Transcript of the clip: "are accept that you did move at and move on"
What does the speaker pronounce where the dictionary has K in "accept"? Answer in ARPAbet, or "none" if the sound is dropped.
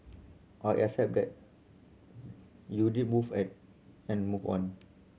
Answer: none